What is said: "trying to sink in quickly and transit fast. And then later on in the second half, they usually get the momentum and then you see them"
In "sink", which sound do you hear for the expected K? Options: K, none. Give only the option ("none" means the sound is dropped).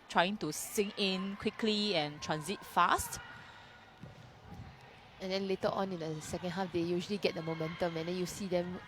none